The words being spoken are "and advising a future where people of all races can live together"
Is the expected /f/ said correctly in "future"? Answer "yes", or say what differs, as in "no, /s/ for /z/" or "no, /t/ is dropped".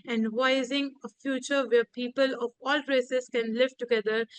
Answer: yes